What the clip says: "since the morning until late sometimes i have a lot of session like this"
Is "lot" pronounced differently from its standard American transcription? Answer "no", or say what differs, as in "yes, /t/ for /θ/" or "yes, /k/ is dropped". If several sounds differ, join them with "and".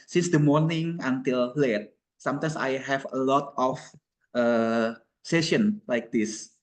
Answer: no